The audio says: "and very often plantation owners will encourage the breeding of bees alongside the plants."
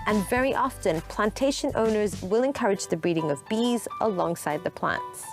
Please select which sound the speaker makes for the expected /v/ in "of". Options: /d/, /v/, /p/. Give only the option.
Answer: /v/